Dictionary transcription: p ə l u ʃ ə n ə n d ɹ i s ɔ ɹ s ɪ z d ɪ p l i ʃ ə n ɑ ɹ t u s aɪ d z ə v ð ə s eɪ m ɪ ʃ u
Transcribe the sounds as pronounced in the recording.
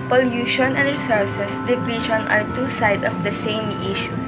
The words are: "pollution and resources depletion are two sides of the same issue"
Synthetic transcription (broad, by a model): p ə l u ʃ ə n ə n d ɹ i s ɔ ɹ s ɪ s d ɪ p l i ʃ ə n ɑ ɹ t u s aɪ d ə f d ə s eɪ m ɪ ʃ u